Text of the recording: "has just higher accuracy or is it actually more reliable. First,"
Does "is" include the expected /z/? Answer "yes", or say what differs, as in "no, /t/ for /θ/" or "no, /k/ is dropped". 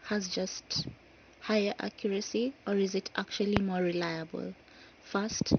yes